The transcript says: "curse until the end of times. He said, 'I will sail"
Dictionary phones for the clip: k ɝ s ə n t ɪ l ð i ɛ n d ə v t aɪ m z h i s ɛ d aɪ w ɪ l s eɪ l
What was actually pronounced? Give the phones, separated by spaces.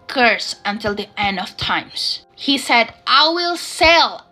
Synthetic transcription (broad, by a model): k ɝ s ə n t ɪ l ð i ɛ n d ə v t aɪ m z h i s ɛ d aɪ w ɪ l s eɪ l